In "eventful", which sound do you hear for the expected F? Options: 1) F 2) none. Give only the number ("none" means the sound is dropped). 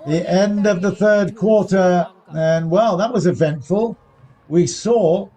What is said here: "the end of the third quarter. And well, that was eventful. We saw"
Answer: 1